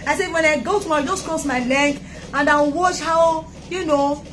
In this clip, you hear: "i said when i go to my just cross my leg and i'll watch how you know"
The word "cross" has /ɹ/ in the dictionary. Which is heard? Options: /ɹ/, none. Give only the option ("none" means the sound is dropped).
none